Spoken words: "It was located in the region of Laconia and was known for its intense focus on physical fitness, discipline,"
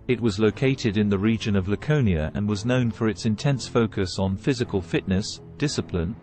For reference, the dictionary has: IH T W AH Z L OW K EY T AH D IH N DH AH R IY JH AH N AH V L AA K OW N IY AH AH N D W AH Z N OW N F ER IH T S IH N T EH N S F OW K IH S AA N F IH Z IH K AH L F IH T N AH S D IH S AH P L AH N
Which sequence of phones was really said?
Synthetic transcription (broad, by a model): IH T W AH Z L OW K EY T AH D IH N DH AH R IY JH AH N AH V L AA K OW N IY AH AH N W AH Z N OW N F ER IH T S IH N T EH N S F OW K IH S N F IH Z IH K AH L F IH T N AH S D IH S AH P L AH N